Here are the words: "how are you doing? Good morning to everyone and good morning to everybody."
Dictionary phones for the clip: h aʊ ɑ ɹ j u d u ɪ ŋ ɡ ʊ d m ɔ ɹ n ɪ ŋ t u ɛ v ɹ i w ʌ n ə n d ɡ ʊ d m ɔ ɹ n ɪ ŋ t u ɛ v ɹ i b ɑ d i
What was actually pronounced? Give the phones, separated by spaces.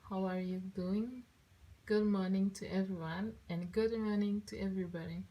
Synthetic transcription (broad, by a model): h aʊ ɑ ɹ j u d u ɪ ŋ ɡ ʊ d m ɔ ɹ n ɪ ŋ t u ɛ v ɹ i w ʌ n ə n ɡ ʊ d m ɔ ɹ n ɪ ŋ t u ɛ v ɹ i b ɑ d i